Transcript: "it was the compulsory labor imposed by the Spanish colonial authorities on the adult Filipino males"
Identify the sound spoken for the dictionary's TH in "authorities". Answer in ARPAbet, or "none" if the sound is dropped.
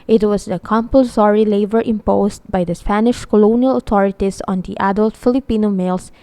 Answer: T